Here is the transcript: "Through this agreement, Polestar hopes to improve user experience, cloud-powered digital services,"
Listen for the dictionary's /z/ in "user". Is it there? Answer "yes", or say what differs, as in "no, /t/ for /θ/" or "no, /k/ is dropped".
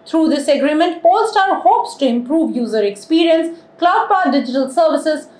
yes